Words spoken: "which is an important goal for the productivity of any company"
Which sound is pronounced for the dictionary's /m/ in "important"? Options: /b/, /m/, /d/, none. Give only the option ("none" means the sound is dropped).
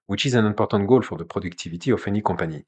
none